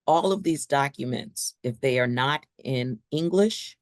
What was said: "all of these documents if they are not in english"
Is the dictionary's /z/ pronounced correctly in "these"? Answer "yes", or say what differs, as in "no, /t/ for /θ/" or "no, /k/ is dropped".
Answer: yes